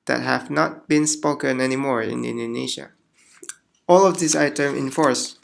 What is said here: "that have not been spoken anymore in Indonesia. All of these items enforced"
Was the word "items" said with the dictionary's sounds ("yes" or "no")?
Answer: no